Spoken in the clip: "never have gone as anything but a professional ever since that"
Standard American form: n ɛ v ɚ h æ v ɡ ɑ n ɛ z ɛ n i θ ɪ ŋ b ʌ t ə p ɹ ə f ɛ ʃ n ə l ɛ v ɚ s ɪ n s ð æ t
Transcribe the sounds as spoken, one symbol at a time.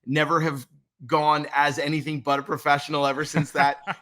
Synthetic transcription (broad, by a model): n ɛ v ɚ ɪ v ɡ ɑ n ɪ z ɛ n i θ ɪ ŋ b ʌ t ə p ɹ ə f ɛ ʃ n l ɛ v ɚ s ɪ n s ð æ t